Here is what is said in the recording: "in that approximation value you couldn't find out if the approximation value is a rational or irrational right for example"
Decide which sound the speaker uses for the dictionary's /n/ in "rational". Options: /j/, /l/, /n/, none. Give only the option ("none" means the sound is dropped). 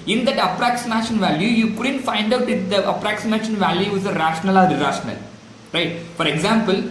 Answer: /n/